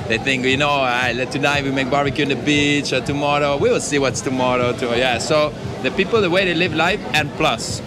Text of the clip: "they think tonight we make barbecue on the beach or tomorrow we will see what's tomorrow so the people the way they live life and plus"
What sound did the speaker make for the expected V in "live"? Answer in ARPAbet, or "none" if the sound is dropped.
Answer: V